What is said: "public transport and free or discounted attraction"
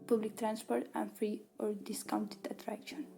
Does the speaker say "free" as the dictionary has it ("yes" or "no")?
yes